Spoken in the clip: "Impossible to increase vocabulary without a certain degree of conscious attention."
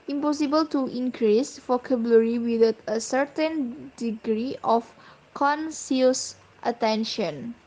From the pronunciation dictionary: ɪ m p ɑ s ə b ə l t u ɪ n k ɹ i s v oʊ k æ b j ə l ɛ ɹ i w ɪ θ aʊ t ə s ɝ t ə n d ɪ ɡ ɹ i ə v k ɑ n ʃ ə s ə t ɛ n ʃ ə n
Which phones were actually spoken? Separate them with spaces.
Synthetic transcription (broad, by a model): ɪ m p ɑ s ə b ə l t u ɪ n k ɹ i s f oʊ k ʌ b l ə ɹ i w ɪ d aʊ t ə s ɝ t ə n d ɪ ɡ ɹ i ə f k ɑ n s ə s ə t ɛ n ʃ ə n